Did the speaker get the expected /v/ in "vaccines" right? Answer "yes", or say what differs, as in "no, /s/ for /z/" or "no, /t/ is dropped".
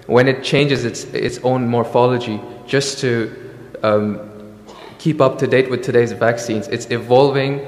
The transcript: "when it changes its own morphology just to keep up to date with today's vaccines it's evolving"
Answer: yes